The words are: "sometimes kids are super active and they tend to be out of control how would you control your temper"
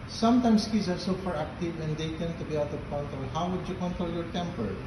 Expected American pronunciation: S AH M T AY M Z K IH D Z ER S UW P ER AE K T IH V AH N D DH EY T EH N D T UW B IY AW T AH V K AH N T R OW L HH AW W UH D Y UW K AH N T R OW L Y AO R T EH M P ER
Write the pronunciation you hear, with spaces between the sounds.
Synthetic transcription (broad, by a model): S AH M T AY M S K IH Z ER S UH F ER AE K T IH V AH N D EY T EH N T UW B IY AW T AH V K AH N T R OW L HH AW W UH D Y UW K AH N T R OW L Y AO R T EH M P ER